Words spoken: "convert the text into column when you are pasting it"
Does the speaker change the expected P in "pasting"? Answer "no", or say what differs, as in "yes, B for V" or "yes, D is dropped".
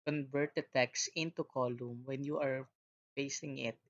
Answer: yes, F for P